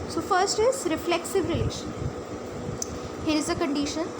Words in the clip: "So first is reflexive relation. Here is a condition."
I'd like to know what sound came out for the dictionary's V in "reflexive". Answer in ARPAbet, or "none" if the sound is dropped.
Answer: V